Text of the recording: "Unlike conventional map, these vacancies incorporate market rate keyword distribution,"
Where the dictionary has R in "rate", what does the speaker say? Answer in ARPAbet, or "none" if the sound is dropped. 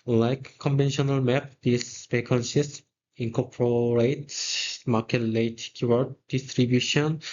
L